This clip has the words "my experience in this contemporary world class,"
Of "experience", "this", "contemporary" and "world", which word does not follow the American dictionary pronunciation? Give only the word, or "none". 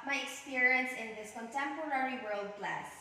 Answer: none